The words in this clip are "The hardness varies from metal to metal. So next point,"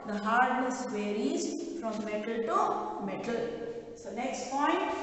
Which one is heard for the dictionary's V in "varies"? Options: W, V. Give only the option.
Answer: W